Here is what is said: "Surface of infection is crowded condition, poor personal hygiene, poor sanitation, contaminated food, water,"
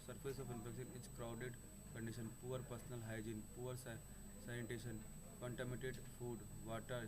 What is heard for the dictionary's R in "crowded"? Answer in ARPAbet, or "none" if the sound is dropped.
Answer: R